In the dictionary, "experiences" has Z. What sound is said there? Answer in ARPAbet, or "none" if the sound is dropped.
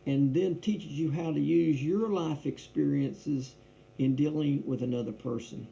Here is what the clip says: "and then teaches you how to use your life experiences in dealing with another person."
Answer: Z